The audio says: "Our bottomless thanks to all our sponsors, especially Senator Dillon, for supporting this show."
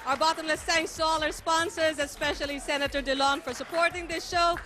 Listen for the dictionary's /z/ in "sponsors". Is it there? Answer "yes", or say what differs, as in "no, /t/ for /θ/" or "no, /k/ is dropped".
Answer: yes